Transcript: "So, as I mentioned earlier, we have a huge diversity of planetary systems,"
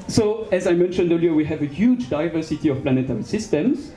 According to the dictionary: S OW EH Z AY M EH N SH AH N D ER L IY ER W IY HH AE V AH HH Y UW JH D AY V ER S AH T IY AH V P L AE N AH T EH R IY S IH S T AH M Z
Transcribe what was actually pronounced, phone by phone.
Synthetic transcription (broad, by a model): S OW EH Z AY M EH N SH AH N D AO L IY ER W IY HH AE V AH HH Y UW JH D AY V ER S AH T IY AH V P L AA N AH T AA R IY S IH S T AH M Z